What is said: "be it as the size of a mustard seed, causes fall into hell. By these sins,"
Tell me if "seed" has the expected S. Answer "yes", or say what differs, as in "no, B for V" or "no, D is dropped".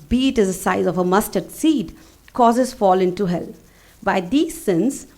yes